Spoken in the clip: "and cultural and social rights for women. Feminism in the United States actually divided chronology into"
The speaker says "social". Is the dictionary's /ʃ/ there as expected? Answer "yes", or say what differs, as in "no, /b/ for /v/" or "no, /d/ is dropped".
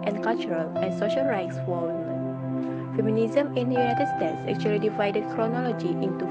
yes